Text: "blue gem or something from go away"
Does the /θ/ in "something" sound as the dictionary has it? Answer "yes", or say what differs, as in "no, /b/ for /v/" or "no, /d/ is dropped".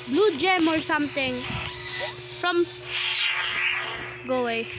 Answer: no, /t/ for /θ/